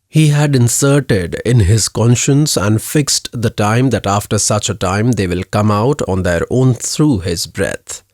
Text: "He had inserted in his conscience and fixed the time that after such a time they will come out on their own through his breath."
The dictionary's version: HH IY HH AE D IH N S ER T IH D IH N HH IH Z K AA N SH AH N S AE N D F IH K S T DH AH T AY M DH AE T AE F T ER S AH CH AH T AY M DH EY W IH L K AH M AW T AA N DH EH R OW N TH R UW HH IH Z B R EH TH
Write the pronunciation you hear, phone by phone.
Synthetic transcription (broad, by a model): HH IY HH AE D IH N S ER T IH D IH N HH IH Z K AA N SH AH N S AE N D F IH K S T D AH T AY M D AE T AE F T ER S AH CH AH T AY M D EY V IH L K AH M AW T AA N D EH R OW N T R UW HH IH Z B R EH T